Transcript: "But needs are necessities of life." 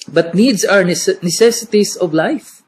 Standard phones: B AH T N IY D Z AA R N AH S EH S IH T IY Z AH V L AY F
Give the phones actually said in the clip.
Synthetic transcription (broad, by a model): B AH T N IY D S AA W N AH S EH S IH T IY S AH V L AY F